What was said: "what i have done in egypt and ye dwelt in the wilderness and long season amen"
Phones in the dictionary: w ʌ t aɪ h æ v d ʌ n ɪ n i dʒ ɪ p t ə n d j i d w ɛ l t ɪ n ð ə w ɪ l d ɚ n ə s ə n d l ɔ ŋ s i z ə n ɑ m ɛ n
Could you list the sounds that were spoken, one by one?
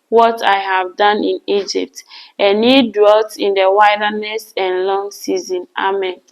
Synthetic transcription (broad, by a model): w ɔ t aɪ h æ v d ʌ n ɪ n i dʒ ɪ p t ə n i d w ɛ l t ɪ n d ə w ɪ d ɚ n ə s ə n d l ɔ ŋ s i z ə n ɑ m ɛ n